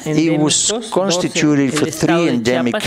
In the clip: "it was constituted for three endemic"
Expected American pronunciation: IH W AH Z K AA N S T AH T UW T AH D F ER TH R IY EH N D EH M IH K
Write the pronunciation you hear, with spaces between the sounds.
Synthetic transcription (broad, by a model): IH W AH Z K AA N S T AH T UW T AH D F ER TH R IY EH N D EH M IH K